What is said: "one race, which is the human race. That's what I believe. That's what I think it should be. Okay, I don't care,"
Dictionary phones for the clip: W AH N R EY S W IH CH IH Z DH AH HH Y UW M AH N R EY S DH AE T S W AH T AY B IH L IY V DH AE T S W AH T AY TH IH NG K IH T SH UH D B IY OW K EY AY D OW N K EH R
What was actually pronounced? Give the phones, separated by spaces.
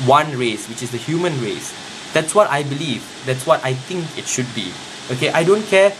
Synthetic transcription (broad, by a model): W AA N R EY S W IH CH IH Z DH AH HH Y UW M AH N R EY S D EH T S W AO T AY B IH L IY V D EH T S W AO T AY T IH NG K IH T SH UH D B IY OW K EY AY D OW N K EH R